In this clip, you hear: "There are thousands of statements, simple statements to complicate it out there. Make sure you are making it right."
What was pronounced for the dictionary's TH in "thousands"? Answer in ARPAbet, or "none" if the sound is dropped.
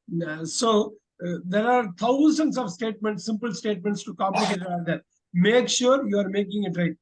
T